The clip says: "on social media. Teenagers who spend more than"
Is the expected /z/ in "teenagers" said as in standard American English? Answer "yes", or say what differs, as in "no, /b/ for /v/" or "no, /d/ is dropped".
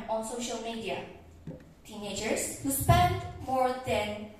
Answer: no, /s/ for /z/